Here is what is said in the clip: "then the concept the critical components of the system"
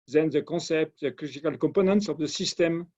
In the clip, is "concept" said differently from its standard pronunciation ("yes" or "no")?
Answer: yes